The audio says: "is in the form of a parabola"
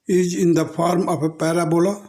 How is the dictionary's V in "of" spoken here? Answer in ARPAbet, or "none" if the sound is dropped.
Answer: P